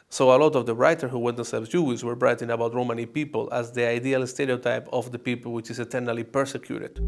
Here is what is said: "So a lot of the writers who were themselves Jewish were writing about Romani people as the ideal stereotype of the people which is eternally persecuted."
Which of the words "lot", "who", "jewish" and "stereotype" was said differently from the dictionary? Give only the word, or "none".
jewish